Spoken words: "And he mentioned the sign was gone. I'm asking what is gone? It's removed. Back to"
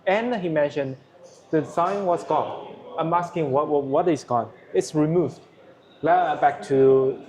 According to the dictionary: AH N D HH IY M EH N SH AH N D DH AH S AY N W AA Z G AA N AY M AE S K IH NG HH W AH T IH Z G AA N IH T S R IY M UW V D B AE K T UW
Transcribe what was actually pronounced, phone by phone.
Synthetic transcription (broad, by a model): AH N HH IY M EH N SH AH N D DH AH S AY N W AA S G AA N AY M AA S K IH NG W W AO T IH S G AA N IH T S R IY M UW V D B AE K T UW